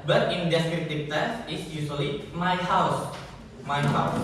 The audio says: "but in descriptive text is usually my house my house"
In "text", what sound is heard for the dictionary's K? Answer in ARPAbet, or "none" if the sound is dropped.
none